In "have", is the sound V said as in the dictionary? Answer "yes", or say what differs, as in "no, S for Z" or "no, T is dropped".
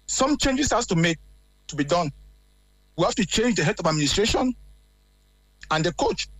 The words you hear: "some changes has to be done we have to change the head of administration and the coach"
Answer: no, F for V